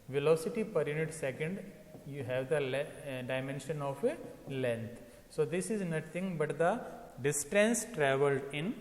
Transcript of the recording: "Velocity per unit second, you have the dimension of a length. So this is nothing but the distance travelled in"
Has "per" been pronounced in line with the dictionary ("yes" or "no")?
yes